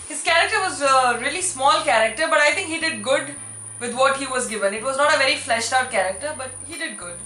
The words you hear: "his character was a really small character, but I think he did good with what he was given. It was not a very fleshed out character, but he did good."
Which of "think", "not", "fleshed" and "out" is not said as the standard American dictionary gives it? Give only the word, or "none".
think